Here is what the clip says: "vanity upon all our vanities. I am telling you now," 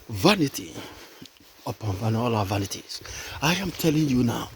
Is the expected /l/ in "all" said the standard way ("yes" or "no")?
no